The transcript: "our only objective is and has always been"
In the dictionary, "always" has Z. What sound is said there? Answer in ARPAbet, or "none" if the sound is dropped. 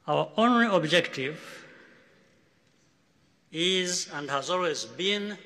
Z